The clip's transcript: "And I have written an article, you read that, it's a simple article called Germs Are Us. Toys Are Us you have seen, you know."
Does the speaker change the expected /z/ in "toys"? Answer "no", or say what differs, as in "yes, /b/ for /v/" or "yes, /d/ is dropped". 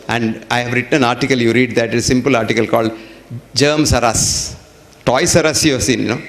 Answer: yes, /s/ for /z/